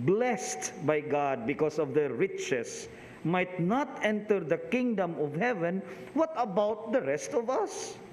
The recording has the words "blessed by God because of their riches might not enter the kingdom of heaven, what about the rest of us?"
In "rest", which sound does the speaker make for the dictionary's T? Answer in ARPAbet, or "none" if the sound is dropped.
T